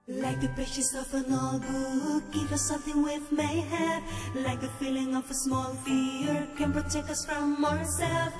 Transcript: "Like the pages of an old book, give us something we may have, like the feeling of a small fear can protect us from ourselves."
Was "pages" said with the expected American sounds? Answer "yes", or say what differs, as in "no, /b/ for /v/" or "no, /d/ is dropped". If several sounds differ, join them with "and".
no, /ʃ/ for /dʒ/